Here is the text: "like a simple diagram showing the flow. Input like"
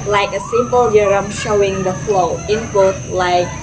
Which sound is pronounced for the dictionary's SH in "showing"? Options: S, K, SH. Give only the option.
SH